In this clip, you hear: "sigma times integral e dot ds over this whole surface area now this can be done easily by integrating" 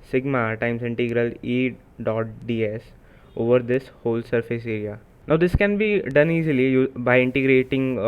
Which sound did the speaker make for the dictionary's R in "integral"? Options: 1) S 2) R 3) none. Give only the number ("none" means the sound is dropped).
2